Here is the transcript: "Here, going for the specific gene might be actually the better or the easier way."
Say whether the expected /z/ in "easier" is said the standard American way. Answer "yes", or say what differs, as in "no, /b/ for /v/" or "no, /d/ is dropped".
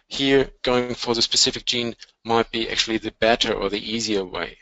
yes